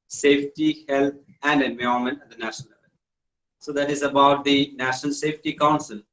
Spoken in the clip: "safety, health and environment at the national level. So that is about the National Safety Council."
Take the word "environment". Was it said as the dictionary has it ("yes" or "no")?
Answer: no